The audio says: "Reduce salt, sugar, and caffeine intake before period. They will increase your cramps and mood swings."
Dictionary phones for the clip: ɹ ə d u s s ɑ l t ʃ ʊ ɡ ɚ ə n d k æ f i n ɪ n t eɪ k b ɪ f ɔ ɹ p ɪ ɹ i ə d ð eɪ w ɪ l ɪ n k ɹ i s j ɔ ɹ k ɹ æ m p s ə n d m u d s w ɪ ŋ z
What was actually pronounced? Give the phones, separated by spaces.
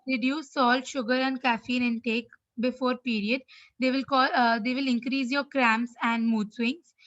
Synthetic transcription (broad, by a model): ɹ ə d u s s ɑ l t ʃ ʊ ɡ ɚ ə n d k æ f i n ɪ n t eɪ k b ɪ f ɔ ɹ p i ɹ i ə d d eɪ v ɪ l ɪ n k ɹ i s j ɔ ɹ k ɹ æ m s ə n d m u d s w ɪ ŋ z